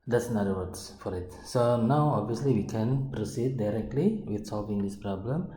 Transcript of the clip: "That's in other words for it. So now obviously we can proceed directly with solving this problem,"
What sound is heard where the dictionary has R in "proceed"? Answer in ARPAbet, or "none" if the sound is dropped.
R